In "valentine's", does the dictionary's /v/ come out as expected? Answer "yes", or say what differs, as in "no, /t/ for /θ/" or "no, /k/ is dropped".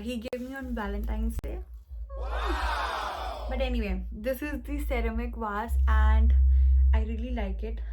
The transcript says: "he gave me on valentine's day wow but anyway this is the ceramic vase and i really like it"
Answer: no, /b/ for /v/